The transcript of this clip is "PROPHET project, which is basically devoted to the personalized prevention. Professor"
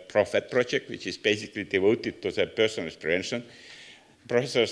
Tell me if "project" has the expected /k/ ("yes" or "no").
yes